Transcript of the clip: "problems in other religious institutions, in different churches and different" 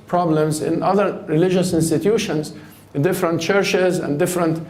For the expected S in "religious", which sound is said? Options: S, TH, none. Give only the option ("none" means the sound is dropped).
S